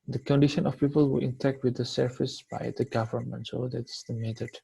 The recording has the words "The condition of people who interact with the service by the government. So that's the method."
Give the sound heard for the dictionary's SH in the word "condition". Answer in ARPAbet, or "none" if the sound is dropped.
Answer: SH